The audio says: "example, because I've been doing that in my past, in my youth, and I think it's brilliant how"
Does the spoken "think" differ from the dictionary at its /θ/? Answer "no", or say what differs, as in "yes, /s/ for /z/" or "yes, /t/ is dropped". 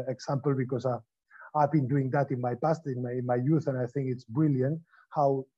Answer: no